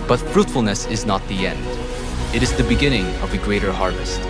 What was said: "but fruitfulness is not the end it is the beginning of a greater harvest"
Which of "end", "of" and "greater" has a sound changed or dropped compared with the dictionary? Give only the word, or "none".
none